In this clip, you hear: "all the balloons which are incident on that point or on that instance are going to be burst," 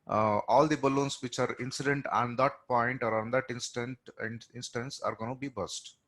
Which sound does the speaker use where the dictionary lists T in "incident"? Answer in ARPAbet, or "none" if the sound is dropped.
T